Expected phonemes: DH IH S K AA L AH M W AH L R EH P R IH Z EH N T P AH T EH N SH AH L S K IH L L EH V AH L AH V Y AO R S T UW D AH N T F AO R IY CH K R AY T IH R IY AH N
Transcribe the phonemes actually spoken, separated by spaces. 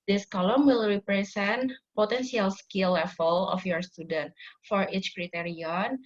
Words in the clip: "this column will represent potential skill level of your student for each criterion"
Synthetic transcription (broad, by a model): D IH S K AA L AH M W AH L R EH P R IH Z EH N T P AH T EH N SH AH L S K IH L L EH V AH L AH F Y AO R S T UW D AH N T F AO R IY CH K R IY T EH R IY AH N